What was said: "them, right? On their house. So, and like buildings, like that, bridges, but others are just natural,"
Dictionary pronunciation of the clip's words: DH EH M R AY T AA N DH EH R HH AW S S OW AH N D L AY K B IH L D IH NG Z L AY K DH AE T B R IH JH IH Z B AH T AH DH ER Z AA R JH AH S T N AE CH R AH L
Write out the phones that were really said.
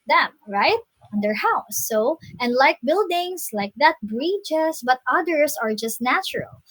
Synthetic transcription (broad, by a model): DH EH M R AY T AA N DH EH R HH AW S S OW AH N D L AY K B IH L D IH NG S L AY K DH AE T B R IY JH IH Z B AH T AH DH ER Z AA R JH AH S T N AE CH R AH L